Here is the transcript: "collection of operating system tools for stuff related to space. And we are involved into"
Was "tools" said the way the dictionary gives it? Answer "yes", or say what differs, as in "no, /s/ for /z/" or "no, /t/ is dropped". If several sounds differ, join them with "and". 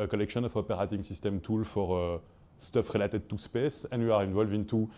no, /z/ is dropped